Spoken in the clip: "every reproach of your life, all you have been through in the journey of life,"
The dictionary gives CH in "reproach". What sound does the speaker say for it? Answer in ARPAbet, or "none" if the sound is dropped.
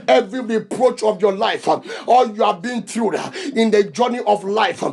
CH